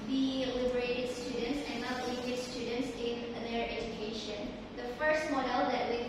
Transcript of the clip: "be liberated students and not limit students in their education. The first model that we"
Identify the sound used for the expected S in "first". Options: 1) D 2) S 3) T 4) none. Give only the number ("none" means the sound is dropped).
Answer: 2